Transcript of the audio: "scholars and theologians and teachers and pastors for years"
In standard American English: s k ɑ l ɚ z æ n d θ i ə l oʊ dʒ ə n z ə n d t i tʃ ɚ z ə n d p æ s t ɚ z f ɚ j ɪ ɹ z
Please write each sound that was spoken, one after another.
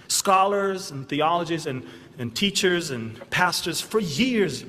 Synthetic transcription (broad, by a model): s k ɑ l ɚ z n θ i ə l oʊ dʒ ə z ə n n t i tʃ ɚ z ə n p æ s t ɚ z f ɚ j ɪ ɹ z